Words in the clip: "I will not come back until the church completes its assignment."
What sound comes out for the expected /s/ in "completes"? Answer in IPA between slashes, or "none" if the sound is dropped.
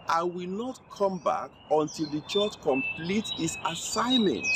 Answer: none